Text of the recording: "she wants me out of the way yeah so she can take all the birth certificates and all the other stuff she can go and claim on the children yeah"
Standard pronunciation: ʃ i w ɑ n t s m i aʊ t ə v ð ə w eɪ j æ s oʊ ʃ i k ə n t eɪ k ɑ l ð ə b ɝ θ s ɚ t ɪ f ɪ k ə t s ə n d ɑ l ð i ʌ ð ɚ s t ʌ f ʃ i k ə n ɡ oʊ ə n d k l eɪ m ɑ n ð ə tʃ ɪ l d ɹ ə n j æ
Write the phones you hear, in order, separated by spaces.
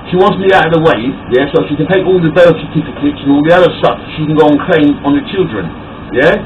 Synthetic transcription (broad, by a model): ʃ i w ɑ n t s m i aʊ t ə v ð ə w eɪ j æ s oʊ ʃ i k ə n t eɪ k ɑ l ð ə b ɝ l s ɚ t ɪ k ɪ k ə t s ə n ɑ l ð i ʌ ð ɚ s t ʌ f ʃ i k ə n ɡ oʊ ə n k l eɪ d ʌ n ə tʃ ɪ l d ɹ ə n j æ